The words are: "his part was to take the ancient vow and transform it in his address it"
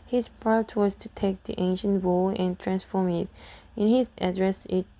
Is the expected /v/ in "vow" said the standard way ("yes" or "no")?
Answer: no